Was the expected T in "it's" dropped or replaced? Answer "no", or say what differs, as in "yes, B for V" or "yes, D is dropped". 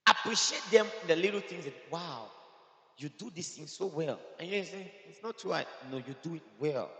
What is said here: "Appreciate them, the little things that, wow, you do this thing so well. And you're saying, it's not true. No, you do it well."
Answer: no